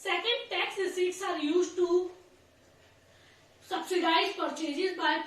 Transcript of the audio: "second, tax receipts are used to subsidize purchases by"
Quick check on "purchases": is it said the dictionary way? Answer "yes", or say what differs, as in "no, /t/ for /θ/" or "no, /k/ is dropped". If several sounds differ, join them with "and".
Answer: no, /f/ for /p/